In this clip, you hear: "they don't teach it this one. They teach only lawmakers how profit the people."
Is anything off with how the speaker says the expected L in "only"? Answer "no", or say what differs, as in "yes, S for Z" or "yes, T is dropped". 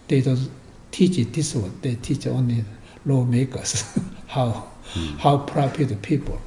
no